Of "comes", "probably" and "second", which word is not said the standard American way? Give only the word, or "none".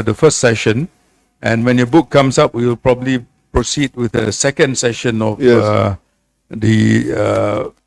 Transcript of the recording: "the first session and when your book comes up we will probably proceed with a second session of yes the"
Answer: comes